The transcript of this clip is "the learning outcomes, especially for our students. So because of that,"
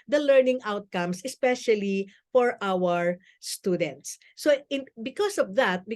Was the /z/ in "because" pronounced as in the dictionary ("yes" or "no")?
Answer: no